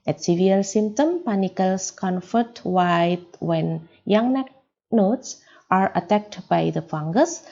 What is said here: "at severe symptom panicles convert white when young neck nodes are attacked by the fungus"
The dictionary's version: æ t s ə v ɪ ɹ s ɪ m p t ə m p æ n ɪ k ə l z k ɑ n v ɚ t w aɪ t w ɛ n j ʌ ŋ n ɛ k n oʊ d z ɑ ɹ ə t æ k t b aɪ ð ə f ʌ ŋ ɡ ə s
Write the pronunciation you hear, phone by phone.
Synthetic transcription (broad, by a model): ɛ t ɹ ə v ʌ l s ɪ m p t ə m p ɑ n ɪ k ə l s k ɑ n f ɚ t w aɪ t w ɛ n j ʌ ŋ n ɛ k n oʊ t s ɑ ɹ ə t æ k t b aɪ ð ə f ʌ ŋ ɡ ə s